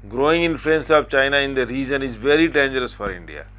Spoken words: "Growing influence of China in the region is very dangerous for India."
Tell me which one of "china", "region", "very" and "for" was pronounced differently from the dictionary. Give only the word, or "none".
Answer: region